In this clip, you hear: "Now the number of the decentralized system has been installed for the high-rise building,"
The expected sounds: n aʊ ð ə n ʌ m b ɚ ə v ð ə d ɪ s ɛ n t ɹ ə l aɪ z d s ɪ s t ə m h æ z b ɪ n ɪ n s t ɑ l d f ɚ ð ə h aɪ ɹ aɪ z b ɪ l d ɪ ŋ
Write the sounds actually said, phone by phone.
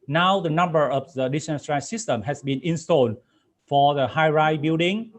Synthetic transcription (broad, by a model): n aʊ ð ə n ʌ m b ɚ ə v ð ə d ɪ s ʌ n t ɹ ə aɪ s ɪ s t ə m h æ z b ɪ n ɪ n s t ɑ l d f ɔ ð ə h aɪ ɹ aɪ b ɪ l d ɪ ŋ